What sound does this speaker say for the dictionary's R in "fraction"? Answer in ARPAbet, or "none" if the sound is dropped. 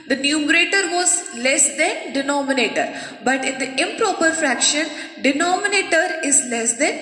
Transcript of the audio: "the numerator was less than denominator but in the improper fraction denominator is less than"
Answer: R